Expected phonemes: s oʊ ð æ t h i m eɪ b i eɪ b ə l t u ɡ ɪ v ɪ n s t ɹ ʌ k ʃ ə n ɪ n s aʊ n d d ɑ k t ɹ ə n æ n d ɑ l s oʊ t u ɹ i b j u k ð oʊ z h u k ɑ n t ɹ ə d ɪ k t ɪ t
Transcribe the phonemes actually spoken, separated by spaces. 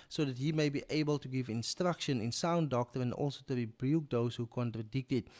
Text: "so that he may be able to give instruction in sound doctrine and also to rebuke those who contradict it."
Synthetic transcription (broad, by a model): s oʊ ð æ t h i m eɪ b i eɪ b ə l t u ɡ ɪ v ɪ n s t ɹ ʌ k ʃ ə n ɪ n s aʊ n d d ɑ k t ə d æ n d ɑ l s oʊ t u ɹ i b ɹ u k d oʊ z h u k ɑ n t ɹ ə d ɪ k t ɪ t